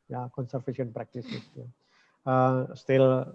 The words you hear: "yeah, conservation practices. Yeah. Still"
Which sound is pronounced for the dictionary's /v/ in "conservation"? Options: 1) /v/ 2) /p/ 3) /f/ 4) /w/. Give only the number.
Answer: 3